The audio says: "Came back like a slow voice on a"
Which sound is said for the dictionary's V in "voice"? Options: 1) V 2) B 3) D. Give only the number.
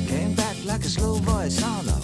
2